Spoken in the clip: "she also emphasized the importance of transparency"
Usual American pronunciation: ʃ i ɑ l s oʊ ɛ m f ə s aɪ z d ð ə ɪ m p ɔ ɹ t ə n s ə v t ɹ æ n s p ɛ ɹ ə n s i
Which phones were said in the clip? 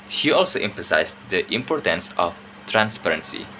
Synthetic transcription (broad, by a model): ʃ i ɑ l s oʊ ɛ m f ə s aɪ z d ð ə ɪ m p ɔ ɹ t ə n s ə f t ɹ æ n s p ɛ ɹ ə n s i